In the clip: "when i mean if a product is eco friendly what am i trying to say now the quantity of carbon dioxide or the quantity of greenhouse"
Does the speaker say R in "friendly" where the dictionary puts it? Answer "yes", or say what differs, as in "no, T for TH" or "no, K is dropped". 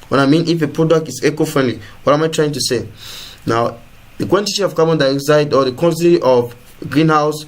yes